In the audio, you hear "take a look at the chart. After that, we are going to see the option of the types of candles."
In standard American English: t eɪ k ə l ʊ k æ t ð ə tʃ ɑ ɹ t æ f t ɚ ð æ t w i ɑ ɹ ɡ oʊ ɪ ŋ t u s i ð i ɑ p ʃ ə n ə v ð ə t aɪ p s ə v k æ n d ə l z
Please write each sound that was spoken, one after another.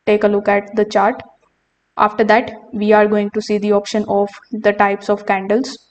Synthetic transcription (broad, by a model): t eɪ k ə l ʊ k æ t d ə tʃ ɑ ɹ t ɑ f t ɚ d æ t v i ɑ ɹ ɡ oʊ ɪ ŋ t u s i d i ɑ p ʃ ə n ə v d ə t aɪ p s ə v k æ n d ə l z